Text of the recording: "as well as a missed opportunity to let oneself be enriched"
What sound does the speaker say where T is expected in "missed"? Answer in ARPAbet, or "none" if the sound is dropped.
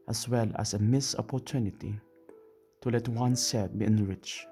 none